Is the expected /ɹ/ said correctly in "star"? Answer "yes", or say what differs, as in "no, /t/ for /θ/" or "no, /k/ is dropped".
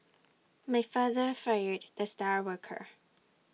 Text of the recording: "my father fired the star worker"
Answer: yes